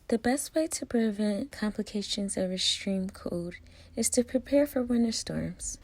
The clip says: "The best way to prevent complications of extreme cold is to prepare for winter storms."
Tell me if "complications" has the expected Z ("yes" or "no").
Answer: yes